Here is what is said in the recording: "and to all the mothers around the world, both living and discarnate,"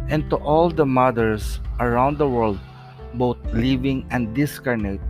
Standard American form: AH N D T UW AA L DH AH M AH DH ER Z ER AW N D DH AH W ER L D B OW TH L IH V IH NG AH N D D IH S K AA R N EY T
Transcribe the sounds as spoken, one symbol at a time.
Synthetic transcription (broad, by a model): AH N T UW AA L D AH M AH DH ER S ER AW N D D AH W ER L D B OW T L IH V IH NG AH N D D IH S K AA R N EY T